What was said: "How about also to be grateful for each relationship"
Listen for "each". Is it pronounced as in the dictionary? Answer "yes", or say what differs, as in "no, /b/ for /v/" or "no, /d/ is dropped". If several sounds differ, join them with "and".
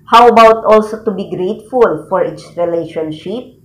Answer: no, /s/ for /tʃ/